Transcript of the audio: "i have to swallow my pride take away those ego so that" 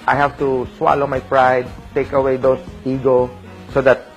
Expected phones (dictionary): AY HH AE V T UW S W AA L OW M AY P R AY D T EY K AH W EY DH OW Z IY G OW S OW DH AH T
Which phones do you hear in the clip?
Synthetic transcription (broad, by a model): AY HH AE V T UW S W AA L OW M AY P R AY D T EY K AH W EY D OW S IY G OW S OW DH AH T